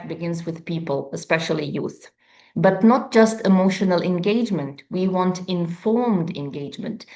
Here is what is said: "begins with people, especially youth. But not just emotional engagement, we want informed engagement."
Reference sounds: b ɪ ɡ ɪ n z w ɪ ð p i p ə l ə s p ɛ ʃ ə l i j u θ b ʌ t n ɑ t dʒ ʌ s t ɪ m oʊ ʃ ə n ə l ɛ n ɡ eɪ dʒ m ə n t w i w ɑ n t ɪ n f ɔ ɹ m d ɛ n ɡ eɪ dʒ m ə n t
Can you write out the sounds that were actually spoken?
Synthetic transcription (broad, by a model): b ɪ ɡ ɪ n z w ɪ ð p i p ə l ə s p ɛ ʃ ə l i j u θ b ʌ t n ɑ t dʒ ʌ s t ɪ m oʊ ʃ ə n ə l ɛ n ɡ eɪ dʒ m ə n t w i w ɑ n t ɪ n f ɔ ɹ m d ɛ n ɡ eɪ dʒ m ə n t